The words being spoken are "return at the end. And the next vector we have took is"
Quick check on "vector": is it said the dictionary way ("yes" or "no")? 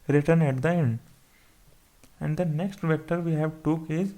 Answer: yes